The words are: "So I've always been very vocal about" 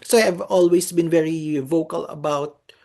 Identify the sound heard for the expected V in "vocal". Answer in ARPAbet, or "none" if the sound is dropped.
V